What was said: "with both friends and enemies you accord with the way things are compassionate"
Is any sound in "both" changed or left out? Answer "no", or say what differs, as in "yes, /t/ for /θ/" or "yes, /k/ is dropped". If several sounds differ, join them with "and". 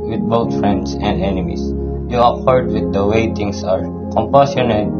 yes, /t/ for /θ/